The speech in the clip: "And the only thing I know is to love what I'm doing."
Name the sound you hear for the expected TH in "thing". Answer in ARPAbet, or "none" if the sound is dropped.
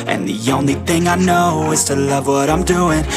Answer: TH